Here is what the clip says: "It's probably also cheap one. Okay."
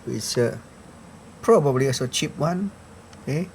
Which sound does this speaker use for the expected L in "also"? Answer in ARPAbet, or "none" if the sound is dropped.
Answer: none